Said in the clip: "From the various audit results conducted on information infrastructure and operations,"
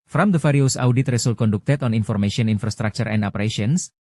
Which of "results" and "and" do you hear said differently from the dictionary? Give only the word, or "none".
results